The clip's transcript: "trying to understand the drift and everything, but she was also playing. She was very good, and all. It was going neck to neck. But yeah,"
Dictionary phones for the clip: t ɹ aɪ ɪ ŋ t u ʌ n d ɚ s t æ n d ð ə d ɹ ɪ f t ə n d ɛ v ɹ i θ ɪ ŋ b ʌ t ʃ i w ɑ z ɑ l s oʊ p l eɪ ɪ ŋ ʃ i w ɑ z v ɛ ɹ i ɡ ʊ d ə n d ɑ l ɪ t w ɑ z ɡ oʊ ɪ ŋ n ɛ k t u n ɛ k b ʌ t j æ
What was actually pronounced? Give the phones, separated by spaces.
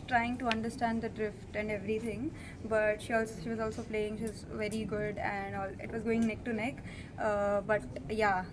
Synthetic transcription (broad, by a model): t ɹ aɪ ɪ ŋ t u ʌ n d ɚ s t æ n d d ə d ɹ ɪ f t ə n d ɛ v ɹ i t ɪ ŋ b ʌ t ʃ i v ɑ z ɑ l s oʊ p l eɪ ɪ ŋ ʃ i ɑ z v ɛ ɹ i ɡ ʊ d ə n d ɑ l ɪ t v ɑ z ɡ oʊ ɪ ŋ n ɛ k t u n ɛ k b ʌ t j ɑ